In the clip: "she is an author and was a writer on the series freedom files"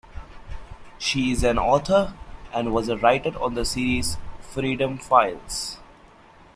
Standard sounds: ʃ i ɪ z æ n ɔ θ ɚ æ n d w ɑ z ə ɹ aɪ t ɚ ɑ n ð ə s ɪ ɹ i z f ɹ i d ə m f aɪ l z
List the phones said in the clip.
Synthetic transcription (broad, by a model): ʃ i ɪ z æ n ɔ t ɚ æ n d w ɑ z ɹ aɪ t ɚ ɑ n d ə s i ɹ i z f ɹ i d ə m f aɪ l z